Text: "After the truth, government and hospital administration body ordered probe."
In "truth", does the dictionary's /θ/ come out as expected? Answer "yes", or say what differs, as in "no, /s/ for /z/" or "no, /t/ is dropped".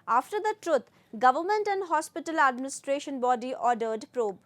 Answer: no, /t/ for /θ/